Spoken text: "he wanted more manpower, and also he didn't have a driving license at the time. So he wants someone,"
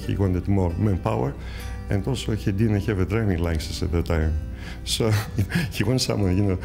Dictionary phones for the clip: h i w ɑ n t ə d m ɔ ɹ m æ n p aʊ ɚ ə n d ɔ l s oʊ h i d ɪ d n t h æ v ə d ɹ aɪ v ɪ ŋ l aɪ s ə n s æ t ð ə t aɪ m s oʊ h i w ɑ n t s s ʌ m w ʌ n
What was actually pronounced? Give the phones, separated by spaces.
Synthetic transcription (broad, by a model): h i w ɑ n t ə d m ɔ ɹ m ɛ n p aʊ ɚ ə n d ɔ l s oʊ h i d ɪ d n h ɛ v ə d ɹ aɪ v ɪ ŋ l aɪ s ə s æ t ð ə t aɪ m s oʊ h i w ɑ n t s s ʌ m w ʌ n